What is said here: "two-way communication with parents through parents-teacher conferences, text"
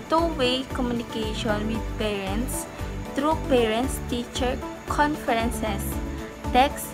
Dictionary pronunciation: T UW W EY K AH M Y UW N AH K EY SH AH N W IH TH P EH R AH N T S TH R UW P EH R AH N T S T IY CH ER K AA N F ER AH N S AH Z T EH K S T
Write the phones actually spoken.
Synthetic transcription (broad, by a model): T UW W EY K AH M Y UW N AH K EY SH AH N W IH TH P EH R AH N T S T R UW P EH R AH N T S T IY CH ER K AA N F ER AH N S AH S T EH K S